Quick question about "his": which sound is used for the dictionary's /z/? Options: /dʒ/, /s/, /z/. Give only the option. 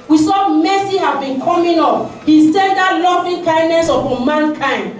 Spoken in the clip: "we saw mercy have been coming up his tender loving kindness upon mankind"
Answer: /s/